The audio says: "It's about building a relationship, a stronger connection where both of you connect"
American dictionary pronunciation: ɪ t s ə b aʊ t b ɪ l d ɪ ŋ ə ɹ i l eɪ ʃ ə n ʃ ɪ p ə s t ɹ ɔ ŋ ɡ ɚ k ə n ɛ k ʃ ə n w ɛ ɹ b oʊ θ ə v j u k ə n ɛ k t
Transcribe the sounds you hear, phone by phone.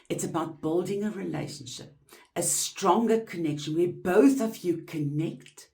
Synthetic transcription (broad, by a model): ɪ t s ə b aʊ t b ɪ l d ɪ ŋ ə ɹ i l eɪ ʃ ə n ʃ ɪ p ə s t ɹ ɔ ŋ ɡ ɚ k ə n ɛ k ʃ ə n w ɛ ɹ b oʊ θ ə v j u k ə n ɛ k t